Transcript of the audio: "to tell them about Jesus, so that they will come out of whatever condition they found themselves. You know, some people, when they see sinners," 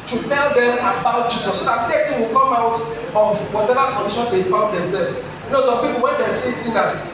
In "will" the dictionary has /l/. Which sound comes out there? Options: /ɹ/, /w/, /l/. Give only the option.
/w/